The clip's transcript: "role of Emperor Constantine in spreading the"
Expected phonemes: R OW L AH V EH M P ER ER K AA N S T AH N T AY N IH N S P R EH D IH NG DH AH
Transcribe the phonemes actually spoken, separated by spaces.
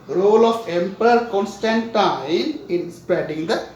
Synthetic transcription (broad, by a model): R OW L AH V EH M P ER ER K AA N S T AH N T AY IH N S P EH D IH NG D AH